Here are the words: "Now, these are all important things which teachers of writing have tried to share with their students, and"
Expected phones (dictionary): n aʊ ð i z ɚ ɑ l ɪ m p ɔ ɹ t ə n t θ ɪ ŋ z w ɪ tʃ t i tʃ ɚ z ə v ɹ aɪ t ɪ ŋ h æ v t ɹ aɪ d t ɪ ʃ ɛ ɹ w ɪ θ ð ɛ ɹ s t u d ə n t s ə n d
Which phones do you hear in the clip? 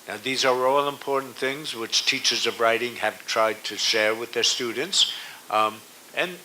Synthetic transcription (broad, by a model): n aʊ ð i z ɚ ɑ l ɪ m p ɔ ɹ t n θ ɪ ŋ z w ɪ tʃ t i tʃ ɚ z ə v ɹ aɪ t ɪ ŋ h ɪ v t ɹ aɪ d t ɪ ʃ ɛ ɹ w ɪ ð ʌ ɹ s t u d n t s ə n